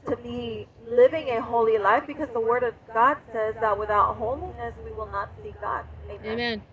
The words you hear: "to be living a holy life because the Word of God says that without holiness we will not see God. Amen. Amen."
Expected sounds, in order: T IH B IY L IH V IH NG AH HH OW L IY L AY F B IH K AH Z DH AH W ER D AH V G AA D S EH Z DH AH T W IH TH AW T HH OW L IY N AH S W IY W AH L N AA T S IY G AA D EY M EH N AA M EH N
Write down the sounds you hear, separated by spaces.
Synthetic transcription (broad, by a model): T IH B IY L IH V IH NG AH HH OW L IY L AY F B IH K AH Z DH AH W ER D AH V G AA D S EH Z DH AH T W IH TH AW T HH OW L IY N AH S W IY W AH L N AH T S IY G AA D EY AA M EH N